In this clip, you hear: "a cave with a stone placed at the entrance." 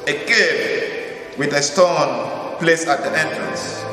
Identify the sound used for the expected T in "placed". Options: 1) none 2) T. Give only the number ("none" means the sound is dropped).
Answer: 1